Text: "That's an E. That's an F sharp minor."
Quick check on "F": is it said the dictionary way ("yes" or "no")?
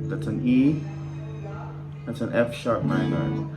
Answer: yes